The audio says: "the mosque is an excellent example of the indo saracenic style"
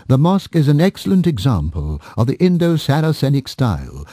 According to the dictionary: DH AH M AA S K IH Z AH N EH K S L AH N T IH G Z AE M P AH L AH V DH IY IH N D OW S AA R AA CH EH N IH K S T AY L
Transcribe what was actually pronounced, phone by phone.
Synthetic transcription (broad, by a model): DH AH M AA S K IH Z AH N EH K S L AH N T IH G Z AE M P AH L AH V DH IY IH N D OW S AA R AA S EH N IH K S T AY L